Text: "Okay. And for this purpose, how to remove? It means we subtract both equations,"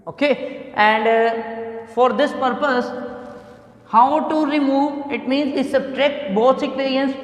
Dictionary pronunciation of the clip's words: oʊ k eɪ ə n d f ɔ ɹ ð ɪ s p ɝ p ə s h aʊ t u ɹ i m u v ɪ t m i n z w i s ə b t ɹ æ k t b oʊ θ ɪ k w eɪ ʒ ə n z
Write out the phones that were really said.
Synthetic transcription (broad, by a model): oʊ k eɪ ə n d f ɔ ɹ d ɪ s p ɝ p ə s h aʊ t u ɹ i m u v ɪ t m i n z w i s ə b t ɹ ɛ k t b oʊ s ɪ k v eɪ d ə n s